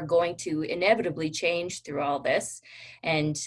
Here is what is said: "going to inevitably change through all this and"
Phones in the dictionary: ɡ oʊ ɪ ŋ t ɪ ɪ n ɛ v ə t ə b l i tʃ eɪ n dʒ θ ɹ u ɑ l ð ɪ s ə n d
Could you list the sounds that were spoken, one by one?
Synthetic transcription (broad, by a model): ɡ oʊ ɪ ŋ t ɪ ɪ n ɛ v ə t ə b l i tʃ eɪ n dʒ θ ɹ u ɑ l ð ɪ s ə n